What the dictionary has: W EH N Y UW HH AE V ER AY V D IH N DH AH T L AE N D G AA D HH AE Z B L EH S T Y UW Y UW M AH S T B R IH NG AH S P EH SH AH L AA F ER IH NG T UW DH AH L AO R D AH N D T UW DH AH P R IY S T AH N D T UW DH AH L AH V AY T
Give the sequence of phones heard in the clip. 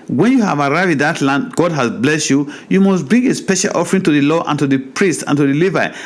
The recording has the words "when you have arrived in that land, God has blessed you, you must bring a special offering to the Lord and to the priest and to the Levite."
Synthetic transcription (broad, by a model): W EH N Y UW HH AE V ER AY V IH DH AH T L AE N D G AA D HH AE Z B L EH S T Y UW Y UW M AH S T B R IH NG AH S P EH SH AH L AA F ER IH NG T UW DH AH L AO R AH N T UW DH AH P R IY S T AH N T UW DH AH L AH V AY